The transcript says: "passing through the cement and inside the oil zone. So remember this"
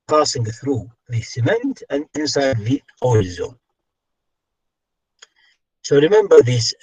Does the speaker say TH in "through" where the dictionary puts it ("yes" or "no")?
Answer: yes